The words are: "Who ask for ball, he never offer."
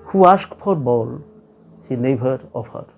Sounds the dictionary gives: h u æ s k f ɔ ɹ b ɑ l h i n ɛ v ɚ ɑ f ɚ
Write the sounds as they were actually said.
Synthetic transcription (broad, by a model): h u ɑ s k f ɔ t b ɑ l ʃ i n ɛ b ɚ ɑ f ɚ